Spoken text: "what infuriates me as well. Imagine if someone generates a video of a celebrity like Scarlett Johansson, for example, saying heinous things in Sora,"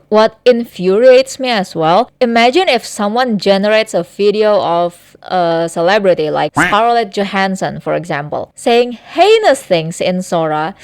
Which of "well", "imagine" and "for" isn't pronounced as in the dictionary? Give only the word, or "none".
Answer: none